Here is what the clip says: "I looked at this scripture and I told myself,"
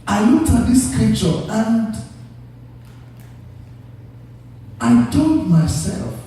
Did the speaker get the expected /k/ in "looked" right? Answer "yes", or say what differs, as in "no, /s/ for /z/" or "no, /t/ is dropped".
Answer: no, /k/ is dropped